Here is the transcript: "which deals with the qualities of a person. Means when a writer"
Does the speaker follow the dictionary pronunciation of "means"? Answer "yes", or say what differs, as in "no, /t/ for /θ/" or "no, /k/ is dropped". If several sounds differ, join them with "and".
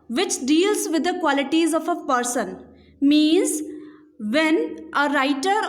yes